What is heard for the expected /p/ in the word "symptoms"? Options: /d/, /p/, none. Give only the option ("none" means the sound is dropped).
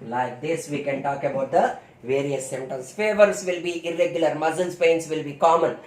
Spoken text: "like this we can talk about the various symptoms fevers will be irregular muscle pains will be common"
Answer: none